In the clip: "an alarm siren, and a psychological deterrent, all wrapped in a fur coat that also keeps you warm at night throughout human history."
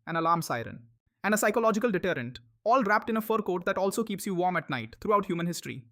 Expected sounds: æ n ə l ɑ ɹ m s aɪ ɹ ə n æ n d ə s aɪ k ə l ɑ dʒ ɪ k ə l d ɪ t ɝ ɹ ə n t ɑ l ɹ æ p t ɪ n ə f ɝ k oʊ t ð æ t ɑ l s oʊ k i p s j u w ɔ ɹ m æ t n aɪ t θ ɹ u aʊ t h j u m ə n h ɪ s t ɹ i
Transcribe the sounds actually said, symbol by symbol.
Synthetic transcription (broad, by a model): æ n ə l ɑ ɹ m s aɪ ɹ ə n æ n d ə s aɪ k ə l ɑ dʒ ɪ k ə l d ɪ t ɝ ɹ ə n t ɑ l ɹ æ p t ɪ n ə f ɝ k oʊ t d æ t ɑ l s oʊ k i p s j u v ɔ ɹ m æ t n aɪ t t ɹ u aʊ t h j u m ə n h ɪ s t ɹ i